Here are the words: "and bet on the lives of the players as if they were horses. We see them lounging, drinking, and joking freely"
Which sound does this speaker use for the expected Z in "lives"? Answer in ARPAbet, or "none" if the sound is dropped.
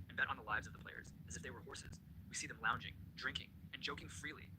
Z